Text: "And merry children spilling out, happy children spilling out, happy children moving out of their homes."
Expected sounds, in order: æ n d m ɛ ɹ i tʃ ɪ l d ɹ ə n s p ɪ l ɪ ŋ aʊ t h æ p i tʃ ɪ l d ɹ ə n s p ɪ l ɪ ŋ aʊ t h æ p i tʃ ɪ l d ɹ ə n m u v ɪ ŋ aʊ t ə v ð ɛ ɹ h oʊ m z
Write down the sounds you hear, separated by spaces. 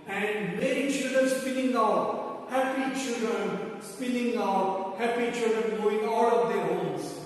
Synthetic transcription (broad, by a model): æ n d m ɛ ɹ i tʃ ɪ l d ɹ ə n s p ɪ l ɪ ŋ aʊ t h æ p i tʃ ɪ l d ɹ ə n s p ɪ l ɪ ŋ aʊ t h æ p i tʃ ɪ l d ɹ ə n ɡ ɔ ɪ ŋ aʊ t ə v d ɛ ɹ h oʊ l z